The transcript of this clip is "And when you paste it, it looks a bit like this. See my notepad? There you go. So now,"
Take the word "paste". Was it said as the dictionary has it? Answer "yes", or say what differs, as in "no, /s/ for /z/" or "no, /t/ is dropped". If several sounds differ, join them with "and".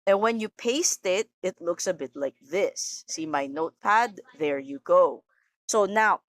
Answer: yes